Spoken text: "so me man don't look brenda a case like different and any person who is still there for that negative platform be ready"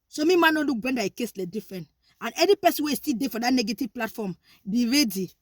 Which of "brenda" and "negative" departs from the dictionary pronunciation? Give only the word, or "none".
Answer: brenda